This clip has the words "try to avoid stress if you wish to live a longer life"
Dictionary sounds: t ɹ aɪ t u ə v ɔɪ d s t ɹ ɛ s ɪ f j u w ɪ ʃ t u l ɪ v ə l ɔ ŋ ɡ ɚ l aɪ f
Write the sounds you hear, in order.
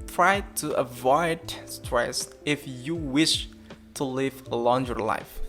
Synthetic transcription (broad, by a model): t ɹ aɪ t u ə v ɔɪ d s t ɹ ɛ s ɪ f j u w ɪ ʃ t u l ɪ v ə l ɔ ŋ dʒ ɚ l aɪ f